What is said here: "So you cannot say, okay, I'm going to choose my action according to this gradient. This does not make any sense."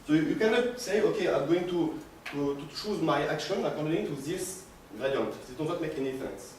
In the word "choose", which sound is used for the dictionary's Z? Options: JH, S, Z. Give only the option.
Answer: Z